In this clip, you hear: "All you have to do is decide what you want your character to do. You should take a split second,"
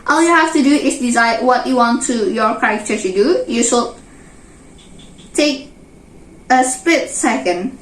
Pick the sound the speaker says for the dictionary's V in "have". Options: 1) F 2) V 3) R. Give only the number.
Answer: 1